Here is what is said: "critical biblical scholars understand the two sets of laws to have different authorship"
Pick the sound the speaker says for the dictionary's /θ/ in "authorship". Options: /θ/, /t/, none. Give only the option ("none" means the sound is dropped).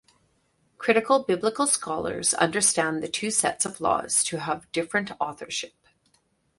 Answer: /θ/